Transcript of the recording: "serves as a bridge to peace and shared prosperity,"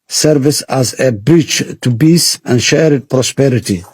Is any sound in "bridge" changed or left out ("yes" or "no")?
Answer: yes